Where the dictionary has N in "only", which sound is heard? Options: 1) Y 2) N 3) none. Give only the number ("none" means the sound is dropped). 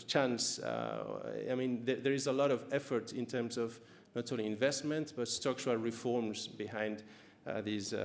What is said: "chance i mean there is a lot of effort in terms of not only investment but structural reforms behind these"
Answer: 3